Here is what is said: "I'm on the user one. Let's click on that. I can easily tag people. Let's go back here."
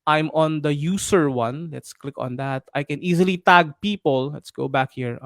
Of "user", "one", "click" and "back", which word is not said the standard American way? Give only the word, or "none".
user